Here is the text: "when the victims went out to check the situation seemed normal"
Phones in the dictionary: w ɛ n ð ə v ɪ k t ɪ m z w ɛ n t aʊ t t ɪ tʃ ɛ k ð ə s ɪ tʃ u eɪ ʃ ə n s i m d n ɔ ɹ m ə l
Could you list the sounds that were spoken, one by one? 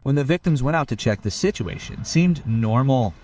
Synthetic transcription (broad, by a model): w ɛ n ð ə v ɪ k t ɪ m z w ɛ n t aʊ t t ɪ tʃ ɛ k ð ə s ɪ tʃ u eɪ ʃ ə n s i m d n ɔ ɹ m l